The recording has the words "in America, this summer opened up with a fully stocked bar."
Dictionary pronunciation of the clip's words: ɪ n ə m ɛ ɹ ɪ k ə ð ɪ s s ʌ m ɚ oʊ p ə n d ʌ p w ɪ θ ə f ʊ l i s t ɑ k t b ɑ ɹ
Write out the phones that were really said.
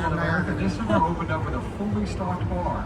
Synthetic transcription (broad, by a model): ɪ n ə m ɛ ɹ ɪ k ə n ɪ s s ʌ ɚ oʊ p ə n d ʌ p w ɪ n ə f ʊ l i s t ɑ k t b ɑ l